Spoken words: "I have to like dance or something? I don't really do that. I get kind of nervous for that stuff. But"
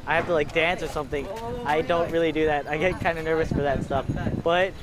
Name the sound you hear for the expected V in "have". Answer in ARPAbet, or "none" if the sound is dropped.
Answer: F